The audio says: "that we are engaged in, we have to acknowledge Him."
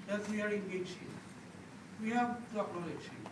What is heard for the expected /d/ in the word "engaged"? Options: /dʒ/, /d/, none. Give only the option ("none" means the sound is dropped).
none